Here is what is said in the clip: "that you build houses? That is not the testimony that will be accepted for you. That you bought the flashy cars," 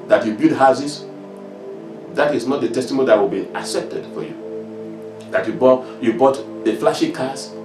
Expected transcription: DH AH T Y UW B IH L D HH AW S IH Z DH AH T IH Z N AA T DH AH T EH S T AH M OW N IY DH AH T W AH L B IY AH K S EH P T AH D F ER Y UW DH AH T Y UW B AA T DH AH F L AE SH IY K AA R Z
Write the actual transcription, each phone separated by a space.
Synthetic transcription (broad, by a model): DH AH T Y UW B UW D HH AW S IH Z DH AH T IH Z N AA T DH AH T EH S T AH M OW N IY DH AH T W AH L B IY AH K S EH P T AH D F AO Y UW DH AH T Y UW B AA T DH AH F L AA SH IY K AA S